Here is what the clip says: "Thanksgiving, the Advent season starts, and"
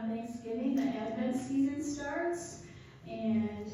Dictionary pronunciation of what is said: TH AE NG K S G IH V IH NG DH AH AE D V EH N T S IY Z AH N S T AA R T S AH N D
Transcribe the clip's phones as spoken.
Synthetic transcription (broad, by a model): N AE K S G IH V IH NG DH AH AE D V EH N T S IY Z AH N S T AA R T S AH N